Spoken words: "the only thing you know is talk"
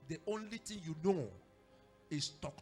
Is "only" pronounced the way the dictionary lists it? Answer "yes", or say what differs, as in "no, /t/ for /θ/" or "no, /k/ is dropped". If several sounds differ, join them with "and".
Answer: yes